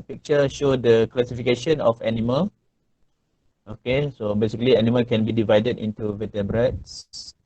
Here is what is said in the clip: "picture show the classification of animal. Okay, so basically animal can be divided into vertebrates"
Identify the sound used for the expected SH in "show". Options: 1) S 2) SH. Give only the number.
2